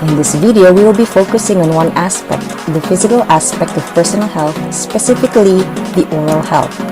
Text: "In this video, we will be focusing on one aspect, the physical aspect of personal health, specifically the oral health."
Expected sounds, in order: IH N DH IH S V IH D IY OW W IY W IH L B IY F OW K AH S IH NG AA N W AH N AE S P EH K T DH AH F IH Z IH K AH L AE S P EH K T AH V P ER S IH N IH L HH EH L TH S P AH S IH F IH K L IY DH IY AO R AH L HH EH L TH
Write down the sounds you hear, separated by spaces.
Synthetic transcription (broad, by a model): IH N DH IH S V IH D IY OW W IY W IH L B IY F OW K AH S IH NG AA N W AH N AE S P EH K T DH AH F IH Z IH K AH L AE S P EH K T AH V P ER S IH N IH L HH EH L TH S P AH S IH F IH K L IY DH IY AO R AH L HH EH L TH